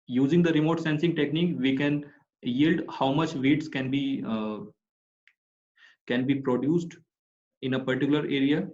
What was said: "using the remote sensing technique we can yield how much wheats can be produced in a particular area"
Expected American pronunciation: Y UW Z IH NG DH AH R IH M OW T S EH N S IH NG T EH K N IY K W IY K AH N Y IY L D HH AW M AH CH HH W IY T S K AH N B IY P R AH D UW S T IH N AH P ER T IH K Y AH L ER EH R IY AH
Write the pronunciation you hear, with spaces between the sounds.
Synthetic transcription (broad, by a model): Y UW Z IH NG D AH R IH M OW T S EH N S IH NG T EH K N IY K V IY K AH N Y IY L D HH AW M AH CH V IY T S K AH N B IY P R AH D UW S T IH N AH P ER T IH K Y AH L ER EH R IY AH